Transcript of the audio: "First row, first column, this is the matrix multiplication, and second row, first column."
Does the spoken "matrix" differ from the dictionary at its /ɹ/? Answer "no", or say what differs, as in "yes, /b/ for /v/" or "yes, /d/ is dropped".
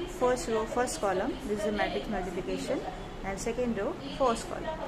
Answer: yes, /ɹ/ is dropped